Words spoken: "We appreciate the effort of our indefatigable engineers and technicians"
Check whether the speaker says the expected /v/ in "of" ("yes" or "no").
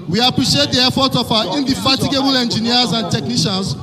no